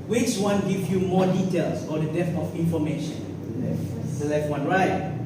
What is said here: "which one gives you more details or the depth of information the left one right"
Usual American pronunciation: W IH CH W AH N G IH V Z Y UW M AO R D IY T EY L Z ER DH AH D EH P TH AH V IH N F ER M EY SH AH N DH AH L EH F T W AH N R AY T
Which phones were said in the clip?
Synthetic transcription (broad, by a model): W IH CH W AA N G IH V Y UW M AO D IY T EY L S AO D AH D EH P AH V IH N F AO M EY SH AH N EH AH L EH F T W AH N R AY T